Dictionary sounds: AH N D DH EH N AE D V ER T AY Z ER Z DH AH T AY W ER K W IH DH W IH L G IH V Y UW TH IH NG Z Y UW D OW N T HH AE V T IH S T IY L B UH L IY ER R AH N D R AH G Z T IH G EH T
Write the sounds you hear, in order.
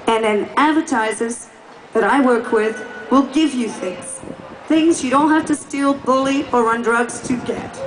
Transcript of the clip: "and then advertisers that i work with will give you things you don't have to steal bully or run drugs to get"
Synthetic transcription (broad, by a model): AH N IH N AE D V ER T AY Z ER Z DH AH T AY W ER K W IH DH W IH L G IH V Y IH TH IH NG Z Y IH D OW N T HH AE F T IH S T IY L B UH L IY ER R AH N D R AH G Z T IH G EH T